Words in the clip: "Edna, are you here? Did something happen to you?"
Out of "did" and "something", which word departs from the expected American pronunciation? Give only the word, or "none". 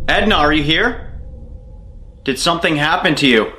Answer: none